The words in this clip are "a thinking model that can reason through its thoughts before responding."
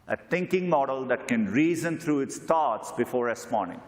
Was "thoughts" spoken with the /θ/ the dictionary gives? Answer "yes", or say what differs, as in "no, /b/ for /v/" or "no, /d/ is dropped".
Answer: no, /t/ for /θ/